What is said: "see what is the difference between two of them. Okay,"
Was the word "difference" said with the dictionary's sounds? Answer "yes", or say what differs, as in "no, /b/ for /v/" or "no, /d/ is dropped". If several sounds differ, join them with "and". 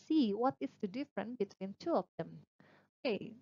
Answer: no, /s/ is dropped